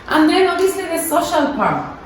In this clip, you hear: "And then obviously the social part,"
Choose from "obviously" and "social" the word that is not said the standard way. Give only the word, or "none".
obviously